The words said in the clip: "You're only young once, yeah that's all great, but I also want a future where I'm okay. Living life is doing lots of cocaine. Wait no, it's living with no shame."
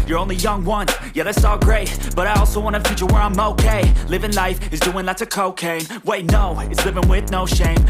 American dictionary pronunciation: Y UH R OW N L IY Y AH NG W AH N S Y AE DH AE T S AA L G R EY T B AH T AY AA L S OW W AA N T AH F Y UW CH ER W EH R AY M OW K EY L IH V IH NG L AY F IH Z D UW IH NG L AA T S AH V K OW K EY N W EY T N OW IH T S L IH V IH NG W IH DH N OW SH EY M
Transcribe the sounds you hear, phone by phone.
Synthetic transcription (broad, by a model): Y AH R OW N L IY Y AH NG W AH N Y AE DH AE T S AA L G R EY T B AH T AY AA L S OW W AA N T AH F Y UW CH ER W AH R AY M OW K EY L IH V IH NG L AY F IH Z D UW IH NG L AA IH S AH K OW K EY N W EY T N OW IH T S L IH V IH NG W IH DH N OW SH EY M